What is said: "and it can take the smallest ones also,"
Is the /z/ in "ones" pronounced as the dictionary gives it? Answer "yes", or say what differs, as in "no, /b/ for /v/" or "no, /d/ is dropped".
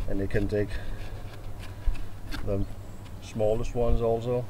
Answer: yes